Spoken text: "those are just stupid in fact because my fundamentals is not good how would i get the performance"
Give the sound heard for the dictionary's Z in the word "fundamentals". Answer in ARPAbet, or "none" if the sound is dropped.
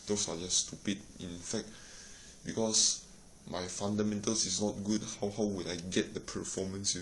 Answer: S